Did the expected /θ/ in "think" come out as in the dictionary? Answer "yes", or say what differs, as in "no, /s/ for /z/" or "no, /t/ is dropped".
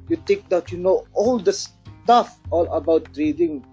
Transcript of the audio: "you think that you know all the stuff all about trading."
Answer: no, /t/ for /θ/